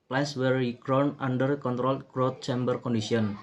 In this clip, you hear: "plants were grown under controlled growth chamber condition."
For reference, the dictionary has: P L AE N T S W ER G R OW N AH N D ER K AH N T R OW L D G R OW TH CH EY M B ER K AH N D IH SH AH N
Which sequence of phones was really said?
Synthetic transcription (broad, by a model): P L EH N S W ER G R OW N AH N D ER K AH N T R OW L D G R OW T CH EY M B ER K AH N D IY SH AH N